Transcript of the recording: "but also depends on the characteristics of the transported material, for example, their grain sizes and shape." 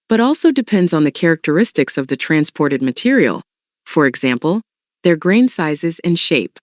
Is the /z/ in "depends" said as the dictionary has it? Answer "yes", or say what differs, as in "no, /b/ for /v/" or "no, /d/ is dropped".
yes